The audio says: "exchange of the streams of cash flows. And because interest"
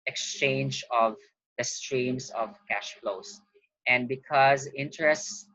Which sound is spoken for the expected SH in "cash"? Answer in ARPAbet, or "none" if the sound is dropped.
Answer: SH